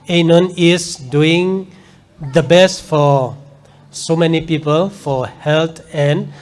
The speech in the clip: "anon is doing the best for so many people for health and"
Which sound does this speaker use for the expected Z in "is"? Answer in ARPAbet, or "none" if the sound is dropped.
S